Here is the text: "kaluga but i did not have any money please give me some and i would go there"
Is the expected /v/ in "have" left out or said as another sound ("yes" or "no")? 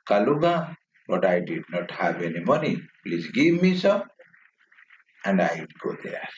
yes